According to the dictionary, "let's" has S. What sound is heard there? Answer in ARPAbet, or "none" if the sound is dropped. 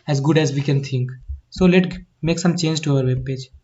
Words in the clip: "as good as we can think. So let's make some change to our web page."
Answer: none